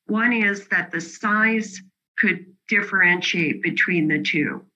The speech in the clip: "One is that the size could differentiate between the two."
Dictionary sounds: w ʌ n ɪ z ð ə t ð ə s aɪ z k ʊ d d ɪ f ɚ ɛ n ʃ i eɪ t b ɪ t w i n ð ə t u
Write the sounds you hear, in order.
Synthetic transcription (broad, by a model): w ʌ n ɪ z ð ə t ð ə s aɪ z k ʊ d d ɪ f ɚ ɛ n ʃ i eɪ t b ɪ t w i n ð ə t u